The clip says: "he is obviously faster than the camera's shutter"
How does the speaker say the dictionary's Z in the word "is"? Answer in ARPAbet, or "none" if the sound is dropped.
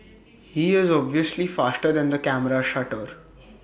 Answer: Z